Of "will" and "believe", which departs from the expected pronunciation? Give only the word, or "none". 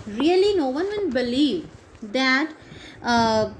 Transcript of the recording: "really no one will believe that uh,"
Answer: will